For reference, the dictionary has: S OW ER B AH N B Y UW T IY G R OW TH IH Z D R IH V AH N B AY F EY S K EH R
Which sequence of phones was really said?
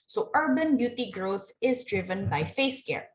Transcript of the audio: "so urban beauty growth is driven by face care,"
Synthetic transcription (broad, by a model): S OW ER B AH N B Y UW T IY G R OW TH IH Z D R IH V AH N B AY F EY S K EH R